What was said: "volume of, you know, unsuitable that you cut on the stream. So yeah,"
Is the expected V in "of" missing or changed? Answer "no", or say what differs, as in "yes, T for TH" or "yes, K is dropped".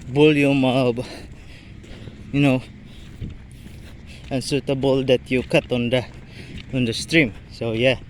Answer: yes, B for V